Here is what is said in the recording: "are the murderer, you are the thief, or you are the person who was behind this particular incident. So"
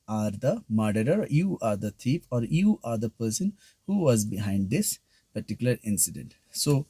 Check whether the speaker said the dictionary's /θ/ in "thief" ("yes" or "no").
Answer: no